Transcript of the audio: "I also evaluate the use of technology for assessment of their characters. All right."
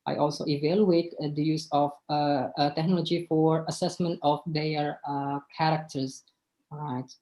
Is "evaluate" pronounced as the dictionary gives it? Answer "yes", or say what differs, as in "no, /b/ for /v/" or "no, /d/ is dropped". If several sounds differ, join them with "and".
yes